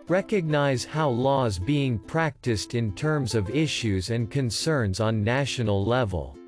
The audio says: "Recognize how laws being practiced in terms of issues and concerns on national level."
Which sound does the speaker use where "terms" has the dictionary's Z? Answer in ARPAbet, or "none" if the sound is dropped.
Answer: Z